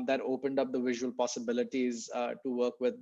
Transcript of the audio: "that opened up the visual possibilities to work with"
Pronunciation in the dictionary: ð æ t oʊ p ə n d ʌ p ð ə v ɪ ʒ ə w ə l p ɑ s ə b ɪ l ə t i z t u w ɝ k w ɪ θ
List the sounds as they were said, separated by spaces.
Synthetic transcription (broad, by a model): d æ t oʊ p ə n d ʌ p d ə v ɪ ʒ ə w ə l p ɑ s ə b ɪ l ə t i z t u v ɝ k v ɪ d